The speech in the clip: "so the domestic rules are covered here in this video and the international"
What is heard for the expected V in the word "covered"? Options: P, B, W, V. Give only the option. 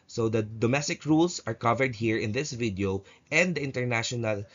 V